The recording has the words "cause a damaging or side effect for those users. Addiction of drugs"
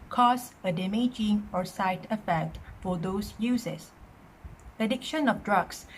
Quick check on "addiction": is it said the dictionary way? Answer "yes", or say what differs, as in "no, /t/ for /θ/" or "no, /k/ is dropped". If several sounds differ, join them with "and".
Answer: yes